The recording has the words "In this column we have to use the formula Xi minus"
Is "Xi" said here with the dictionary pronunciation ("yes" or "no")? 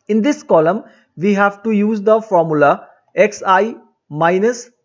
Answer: no